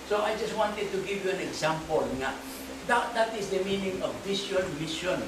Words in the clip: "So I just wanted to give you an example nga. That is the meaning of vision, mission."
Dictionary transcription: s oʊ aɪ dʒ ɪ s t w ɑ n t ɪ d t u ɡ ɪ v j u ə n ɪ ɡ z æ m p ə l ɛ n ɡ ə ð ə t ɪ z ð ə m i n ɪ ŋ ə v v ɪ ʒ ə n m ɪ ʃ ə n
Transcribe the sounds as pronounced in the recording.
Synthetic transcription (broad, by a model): s oʊ aɪ dʒ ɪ s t w ɑ n t ɪ d t u ɡ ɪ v j u ə n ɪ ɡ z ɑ m p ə l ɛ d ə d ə t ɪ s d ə m i n ɪ ŋ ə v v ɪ ʃ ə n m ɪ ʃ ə n